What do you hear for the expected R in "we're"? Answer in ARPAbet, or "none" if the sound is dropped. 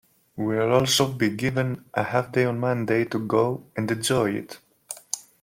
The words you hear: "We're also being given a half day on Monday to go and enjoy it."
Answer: L